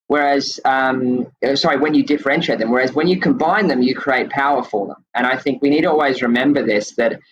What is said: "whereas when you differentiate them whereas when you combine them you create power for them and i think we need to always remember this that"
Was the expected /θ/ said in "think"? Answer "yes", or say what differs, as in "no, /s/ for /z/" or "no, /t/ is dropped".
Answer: yes